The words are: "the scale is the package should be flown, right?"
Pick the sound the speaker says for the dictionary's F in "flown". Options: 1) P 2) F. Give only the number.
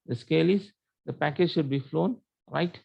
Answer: 2